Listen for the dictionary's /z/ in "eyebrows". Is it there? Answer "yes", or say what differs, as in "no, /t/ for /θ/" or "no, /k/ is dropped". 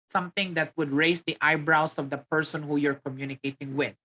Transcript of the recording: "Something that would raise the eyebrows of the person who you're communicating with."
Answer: no, /s/ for /z/